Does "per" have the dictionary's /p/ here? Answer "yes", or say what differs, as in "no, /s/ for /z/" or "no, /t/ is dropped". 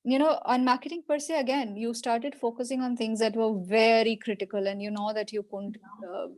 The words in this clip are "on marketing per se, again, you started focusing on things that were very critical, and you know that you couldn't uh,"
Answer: yes